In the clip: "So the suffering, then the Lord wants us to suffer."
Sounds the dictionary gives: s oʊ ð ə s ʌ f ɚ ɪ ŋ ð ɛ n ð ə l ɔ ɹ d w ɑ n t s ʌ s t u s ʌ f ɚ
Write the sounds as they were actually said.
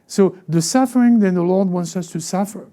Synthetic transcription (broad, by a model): s oʊ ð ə s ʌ f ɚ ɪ ŋ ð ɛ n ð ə l ɔ ɹ d w ɑ n t s ʌ s t u s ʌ f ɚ